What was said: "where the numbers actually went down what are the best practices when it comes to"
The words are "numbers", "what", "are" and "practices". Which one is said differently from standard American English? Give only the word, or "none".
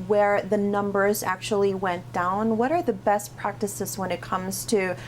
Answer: none